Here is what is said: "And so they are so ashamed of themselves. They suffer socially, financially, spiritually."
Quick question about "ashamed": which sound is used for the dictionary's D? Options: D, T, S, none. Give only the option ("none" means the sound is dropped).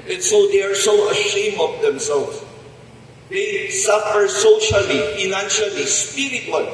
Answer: none